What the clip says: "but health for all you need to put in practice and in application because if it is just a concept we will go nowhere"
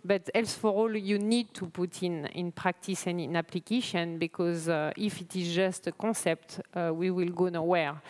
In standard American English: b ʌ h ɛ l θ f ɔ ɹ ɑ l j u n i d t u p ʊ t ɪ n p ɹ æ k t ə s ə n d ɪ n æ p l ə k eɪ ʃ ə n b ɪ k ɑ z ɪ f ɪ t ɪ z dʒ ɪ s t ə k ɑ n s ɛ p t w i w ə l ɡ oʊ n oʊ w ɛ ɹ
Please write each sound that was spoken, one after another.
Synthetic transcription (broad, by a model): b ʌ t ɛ l s f ɔ ɹ ɑ l j u n i d t u p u t ɪ n p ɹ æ k t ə s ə n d ɪ n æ p l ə k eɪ ʃ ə n b ɪ k ɑ z ɪ f ɪ t ɪ z dʒ ɪ s t ə k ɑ s ɛ p t w i w ə l ɡ oʊ n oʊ w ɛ ɹ